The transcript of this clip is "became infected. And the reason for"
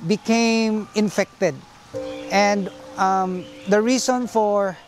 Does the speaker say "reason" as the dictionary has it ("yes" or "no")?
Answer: no